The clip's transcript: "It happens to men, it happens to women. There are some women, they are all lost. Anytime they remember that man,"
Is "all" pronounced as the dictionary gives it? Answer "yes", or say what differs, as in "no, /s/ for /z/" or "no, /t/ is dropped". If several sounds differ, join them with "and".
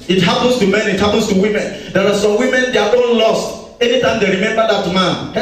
no, /n/ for /l/